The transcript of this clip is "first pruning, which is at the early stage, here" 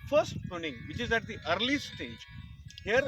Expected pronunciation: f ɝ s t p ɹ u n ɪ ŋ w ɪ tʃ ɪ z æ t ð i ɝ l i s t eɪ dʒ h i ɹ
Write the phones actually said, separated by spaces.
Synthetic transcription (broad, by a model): f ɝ s t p u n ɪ ŋ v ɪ tʃ ɪ z æ t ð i ɝ l i s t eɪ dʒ h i ɹ